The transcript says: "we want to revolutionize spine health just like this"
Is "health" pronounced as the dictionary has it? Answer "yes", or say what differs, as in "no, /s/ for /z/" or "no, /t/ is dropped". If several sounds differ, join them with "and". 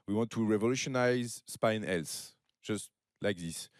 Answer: no, /s/ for /θ/